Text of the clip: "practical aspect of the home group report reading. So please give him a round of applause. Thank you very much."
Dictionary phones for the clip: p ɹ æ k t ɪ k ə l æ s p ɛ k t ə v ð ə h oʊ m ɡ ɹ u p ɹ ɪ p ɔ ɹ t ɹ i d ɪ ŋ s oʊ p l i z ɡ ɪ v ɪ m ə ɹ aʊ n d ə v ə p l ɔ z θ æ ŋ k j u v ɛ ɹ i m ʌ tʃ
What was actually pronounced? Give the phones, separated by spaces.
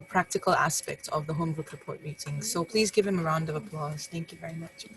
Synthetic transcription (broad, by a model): p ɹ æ k t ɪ k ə l æ s p ɛ k t ə v ð ə h oʊ m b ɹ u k ɹ ɪ p ɔ ɹ t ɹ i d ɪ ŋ s oʊ p l i z ɡ ɪ v ɪ m ə ɹ aʊ n d ə v ə p l ɔ z θ æ ŋ k j u v ɛ ɹ i m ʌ tʃ